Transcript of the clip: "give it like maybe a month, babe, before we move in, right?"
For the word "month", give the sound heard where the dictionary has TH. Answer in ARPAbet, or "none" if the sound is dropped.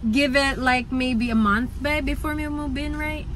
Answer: TH